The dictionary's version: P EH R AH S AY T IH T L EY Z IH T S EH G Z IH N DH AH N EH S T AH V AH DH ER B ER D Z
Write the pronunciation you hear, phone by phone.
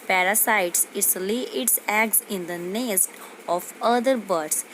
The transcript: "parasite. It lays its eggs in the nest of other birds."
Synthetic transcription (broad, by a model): P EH R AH S AY T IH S L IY IH T S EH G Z IH N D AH N EH S T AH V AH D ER B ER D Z